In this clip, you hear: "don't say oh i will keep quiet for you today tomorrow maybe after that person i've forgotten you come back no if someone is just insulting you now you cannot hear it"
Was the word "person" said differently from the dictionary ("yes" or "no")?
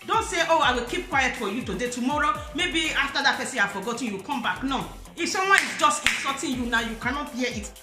yes